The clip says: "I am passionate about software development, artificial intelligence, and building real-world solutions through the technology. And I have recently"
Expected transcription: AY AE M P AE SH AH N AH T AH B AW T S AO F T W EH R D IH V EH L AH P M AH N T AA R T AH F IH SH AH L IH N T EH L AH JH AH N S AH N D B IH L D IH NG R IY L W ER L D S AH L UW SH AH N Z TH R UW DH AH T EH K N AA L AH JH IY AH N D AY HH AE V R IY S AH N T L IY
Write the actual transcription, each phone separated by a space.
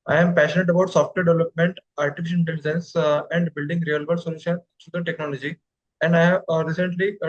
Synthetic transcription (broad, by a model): AY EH M P AE SH AH N AH T AH B AW T S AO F T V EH R D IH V L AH P M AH N T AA R T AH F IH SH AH N IH N T EH L AH JH AH N S AH N D B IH L D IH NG R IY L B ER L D S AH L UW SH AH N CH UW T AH T EH K N AA L AH JH IY AH N D AY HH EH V R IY S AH N T L IY